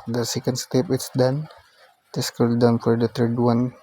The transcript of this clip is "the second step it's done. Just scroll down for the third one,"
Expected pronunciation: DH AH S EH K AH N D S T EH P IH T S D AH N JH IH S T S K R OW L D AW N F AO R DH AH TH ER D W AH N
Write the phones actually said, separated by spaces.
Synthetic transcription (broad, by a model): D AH S EH K AH N D S T EH P IH T S D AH N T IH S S K OW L D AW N F AO R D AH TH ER D W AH N